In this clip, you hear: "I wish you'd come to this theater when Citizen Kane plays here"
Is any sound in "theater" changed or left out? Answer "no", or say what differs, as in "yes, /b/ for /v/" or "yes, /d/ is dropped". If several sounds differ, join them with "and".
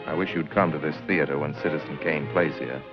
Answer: no